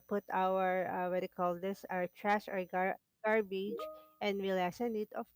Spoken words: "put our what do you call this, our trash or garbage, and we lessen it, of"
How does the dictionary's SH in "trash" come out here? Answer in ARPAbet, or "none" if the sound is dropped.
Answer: S